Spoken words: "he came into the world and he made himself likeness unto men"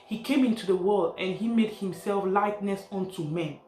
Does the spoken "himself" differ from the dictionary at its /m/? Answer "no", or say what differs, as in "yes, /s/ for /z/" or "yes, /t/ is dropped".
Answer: no